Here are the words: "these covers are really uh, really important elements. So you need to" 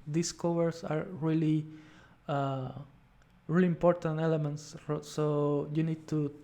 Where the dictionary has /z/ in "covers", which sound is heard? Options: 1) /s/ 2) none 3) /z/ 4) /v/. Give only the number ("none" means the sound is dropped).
1